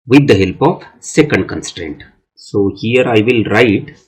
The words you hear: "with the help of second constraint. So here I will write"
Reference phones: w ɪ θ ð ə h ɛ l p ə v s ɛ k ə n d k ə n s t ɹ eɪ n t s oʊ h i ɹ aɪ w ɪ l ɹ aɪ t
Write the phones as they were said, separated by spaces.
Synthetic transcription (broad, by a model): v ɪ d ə h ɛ l p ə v s ɛ k ə n d k ə n s t ɹ eɪ n t s oʊ h i ɹ aɪ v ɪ l ɹ aɪ t